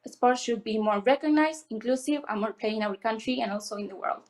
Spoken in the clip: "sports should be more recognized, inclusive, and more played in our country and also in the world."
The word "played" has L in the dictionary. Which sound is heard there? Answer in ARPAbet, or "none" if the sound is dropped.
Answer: none